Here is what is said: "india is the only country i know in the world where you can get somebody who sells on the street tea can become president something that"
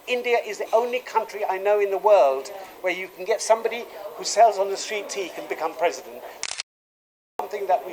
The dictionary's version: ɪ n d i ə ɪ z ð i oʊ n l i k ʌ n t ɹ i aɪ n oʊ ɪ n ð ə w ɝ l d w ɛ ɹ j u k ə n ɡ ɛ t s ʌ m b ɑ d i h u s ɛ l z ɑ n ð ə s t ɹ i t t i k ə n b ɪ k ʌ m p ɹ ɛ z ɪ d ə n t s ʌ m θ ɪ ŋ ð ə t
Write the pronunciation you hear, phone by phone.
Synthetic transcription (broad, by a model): ɪ n d i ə ɪ z ð i oʊ n l i k ʌ n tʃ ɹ i aɪ n oʊ ɪ n ð ə w ɝ l d w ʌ ɹ j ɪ k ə n ɡ ɛ t s ʌ m b ɑ d i h u s ɛ l z n ð ə s t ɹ i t t i k ə n b ɪ k ʌ m p ɹ ɛ z ɪ d ə n t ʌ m θ ɪ ŋ ð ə t